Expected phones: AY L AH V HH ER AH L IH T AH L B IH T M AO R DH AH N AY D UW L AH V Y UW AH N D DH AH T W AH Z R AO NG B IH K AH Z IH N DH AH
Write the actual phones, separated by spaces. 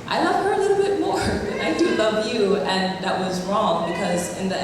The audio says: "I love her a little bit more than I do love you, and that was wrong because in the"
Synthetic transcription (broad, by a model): AY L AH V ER AH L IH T L B IH T M AO R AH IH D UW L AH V Y UW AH N DH AH T W AH Z R AO NG B IH K AH Z IH N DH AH